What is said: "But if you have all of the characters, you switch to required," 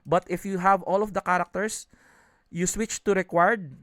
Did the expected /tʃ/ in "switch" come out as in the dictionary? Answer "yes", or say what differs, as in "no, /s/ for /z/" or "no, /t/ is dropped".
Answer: yes